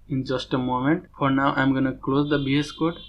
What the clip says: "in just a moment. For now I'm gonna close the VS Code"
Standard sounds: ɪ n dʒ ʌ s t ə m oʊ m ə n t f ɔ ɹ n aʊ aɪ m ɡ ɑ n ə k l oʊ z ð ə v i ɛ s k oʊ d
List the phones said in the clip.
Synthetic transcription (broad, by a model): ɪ n dʒ ʌ s t ə m oʊ m ə n t f ɔ ɹ n aʊ aɪ m ɡ ɑ n ə k l oʊ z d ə b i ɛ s k oʊ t